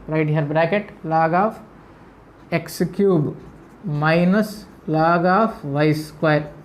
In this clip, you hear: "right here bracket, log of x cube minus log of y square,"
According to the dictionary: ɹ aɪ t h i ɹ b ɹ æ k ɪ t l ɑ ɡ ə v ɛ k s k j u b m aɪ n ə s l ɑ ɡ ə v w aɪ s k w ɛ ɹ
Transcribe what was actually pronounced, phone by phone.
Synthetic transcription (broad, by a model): ɹ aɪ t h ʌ ɹ b ɹ æ k ɪ t l ɑ ɡ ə f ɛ k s k j u b m aɪ n ə s l ɑ ɡ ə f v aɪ s k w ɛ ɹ